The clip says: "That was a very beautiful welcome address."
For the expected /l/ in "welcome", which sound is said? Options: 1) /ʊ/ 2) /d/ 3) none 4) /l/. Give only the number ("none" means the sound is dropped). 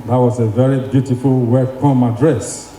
3